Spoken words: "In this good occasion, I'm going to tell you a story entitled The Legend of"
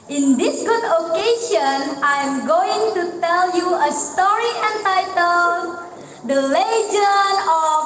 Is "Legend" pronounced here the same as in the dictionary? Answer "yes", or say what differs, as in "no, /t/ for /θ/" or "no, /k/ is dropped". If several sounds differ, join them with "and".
no, /d/ is dropped